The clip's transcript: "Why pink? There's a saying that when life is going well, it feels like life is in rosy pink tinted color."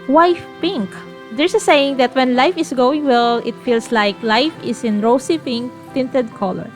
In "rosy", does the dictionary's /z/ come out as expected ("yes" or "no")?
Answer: no